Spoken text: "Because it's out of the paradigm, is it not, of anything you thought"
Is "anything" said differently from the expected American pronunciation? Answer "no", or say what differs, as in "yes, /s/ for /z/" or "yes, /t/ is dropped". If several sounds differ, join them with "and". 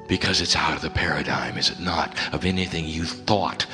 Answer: no